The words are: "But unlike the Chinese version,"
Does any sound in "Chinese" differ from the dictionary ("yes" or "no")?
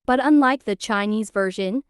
no